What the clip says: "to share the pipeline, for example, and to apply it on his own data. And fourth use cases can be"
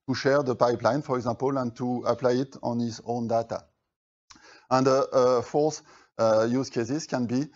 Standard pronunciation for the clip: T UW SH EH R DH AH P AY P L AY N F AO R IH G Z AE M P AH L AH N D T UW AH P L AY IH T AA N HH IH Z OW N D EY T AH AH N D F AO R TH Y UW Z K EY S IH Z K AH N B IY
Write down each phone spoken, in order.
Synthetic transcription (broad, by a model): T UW SH EH R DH AH P AY P L AY N F AO R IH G Z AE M P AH L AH N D T UW AH P L AY IH T AA N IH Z OW N D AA T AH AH N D F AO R S Y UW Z K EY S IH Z K AH N B IY